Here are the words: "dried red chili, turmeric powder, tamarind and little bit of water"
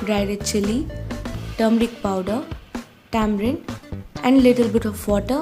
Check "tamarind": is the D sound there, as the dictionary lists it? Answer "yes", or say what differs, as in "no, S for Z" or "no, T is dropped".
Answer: no, D is dropped